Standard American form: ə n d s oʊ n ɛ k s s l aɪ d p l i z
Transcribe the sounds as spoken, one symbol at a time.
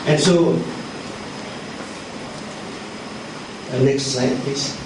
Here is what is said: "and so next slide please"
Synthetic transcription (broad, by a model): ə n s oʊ n ɛ k s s aɪ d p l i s